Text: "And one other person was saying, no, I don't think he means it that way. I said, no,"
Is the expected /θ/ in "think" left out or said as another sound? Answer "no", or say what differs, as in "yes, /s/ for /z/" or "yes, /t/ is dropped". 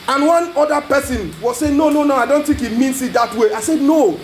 yes, /t/ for /θ/